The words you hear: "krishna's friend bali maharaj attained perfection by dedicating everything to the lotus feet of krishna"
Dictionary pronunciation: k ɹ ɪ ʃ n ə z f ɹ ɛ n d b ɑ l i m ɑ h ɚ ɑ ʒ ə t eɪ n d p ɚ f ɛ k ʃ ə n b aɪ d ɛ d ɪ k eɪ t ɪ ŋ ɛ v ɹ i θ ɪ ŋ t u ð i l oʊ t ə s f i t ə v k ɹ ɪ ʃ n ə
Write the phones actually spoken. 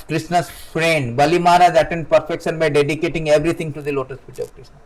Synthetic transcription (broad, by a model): k ɹ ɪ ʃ n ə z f ɹ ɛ n d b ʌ l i m ɑ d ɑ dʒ ə t eɪ n d p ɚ f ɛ k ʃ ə n b aɪ d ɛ d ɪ k eɪ t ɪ ŋ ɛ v ɹ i t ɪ ŋ t u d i l oʊ t ə s p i t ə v k ɹ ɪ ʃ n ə